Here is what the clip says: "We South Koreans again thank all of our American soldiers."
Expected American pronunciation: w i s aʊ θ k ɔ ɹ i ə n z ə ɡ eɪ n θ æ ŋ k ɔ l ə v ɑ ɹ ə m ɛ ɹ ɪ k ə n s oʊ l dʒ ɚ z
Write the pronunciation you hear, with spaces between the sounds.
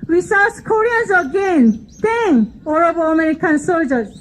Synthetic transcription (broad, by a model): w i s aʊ s k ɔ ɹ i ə n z ə ɡ eɪ n t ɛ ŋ ɔ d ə b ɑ ə m ɛ ɹ ɪ k ə n s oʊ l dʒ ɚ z